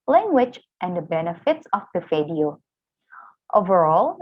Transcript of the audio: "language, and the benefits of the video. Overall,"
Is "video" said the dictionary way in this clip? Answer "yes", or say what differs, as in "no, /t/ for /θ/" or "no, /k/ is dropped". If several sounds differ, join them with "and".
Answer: no, /f/ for /v/